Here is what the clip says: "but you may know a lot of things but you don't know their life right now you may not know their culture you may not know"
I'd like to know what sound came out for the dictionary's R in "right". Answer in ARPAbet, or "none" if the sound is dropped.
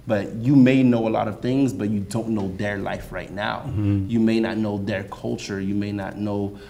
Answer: R